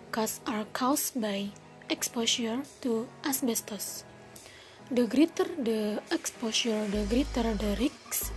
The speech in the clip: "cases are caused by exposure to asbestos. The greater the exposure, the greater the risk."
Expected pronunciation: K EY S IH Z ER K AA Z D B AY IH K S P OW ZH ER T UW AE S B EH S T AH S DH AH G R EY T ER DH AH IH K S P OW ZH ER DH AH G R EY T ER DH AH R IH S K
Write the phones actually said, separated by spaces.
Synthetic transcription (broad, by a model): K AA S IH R K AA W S B AY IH K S P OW SH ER T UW AE S B EH S T AH S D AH G R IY T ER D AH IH K S P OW SH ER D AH G R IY T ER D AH R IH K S